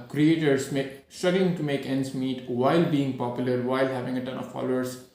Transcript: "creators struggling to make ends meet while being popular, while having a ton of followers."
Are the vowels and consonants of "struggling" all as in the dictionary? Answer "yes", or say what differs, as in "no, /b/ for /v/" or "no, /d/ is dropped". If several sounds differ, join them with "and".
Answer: no, /ɹ/ is dropped